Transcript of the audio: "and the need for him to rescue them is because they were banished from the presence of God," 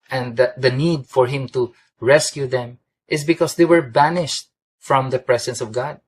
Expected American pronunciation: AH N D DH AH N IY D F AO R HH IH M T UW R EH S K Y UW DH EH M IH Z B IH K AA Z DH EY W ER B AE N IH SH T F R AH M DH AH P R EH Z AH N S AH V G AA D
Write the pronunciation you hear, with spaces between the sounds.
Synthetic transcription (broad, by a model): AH N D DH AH N IY D F AO R HH IH M T UW R EH S K Y UW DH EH M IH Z B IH K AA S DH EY W ER B AE N IH SH T F R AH M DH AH P R EH S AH N S AH V G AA D